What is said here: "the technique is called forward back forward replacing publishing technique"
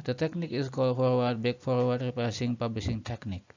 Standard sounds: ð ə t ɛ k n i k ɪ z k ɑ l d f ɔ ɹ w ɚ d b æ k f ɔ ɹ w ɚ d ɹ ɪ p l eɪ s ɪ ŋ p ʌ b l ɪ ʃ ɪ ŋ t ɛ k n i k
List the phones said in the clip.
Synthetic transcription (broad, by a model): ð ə t ɛ k n i k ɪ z k ɑ l d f ɔ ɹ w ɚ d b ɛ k f ɔ ɹ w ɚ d ɹ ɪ p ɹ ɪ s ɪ ŋ p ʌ b l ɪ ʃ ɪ ŋ t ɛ k n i k